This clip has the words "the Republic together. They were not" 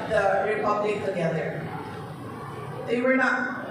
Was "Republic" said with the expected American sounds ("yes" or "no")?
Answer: yes